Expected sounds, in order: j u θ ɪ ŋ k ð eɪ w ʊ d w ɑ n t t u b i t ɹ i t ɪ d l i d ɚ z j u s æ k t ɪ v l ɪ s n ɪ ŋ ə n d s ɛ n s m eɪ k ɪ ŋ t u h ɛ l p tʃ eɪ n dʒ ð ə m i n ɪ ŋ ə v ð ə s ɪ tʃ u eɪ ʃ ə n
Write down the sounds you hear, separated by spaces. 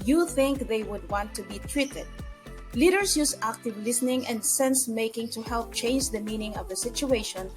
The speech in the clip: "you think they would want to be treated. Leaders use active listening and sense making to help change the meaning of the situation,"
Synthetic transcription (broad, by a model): j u θ ɪ ŋ k ð eɪ w ʊ d w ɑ n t t u b i t ɹ i t ɪ d l i d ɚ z j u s æ k t ɪ v l ɪ s n ɪ ŋ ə n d s ɛ n s m eɪ k ɪ ŋ t u h ɛ l p tʃ eɪ n dʒ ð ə m i n ɪ ŋ ə v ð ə s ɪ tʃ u eɪ ʃ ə n